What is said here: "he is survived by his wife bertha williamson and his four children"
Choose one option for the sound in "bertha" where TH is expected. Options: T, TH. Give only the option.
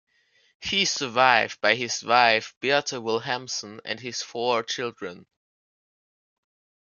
T